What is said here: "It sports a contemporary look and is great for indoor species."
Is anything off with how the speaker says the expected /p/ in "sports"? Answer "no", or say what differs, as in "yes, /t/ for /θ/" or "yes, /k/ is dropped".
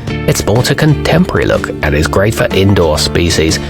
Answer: yes, /b/ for /p/